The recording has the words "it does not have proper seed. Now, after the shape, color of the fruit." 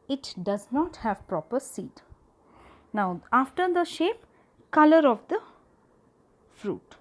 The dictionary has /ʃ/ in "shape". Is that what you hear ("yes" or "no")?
yes